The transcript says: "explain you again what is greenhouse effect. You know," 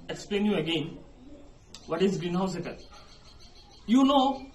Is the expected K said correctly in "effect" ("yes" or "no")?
no